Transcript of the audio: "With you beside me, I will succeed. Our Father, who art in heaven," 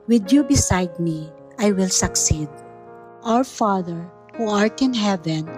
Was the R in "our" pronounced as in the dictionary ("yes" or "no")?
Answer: no